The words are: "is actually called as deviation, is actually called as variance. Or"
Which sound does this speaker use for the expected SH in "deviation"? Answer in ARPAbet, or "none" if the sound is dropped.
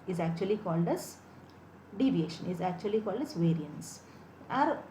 SH